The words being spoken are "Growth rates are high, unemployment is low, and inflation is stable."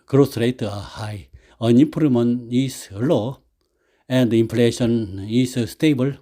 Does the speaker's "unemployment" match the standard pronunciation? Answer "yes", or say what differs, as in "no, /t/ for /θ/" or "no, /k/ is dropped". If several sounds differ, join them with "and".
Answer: no, /m/ is dropped and /t/ is dropped